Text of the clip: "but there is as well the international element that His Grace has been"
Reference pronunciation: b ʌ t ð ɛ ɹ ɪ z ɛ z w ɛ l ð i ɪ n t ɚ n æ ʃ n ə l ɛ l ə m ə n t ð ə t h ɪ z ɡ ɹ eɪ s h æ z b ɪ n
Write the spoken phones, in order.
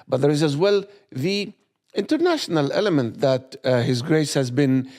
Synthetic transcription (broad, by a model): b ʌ t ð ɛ ɹ ɪ z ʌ z w ɛ l ð i ɪ n t ɚ n æ ʃ n ə l ɛ l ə m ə n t ð ə t h ɪ z ɡ ɹ eɪ s h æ z b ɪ n